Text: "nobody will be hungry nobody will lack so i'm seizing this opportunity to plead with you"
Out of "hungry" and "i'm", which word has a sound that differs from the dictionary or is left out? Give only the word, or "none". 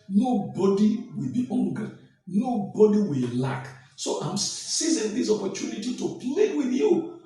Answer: hungry